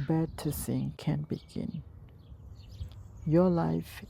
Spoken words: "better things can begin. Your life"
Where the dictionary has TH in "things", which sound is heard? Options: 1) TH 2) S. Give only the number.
2